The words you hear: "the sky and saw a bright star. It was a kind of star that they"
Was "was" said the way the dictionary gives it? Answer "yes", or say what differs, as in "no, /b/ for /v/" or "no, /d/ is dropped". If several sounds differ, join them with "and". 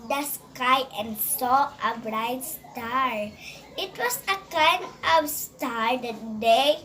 no, /s/ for /z/